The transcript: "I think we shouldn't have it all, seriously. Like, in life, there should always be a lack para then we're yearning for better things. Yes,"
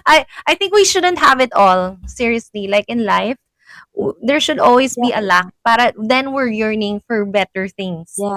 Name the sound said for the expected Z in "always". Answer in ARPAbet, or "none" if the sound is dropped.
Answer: S